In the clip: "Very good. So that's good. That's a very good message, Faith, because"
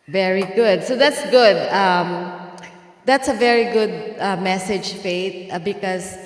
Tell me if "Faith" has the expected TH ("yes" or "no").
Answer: no